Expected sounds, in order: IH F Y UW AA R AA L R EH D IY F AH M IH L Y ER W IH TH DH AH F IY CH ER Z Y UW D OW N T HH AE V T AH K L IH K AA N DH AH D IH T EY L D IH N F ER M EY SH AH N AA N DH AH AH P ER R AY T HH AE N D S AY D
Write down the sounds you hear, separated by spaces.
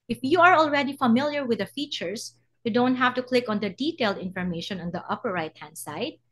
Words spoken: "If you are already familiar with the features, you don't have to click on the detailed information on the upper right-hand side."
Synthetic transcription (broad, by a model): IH F Y UW AA R AA L R EH D IY F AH M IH L Y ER W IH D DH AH F IY CH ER S Y UW D OW N T HH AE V T AH K L IH K AA N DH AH D IH T EY L D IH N F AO M EY SH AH N AA N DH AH AH P ER R AY T HH AE N D S AY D